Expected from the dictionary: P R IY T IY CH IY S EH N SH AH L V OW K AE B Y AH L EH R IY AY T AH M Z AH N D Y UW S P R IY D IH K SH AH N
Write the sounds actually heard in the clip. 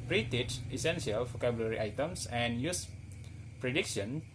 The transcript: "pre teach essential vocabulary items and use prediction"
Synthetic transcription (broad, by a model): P R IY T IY S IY S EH N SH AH L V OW K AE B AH L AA R IY AY T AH M S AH N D Y UW S P R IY D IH K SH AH N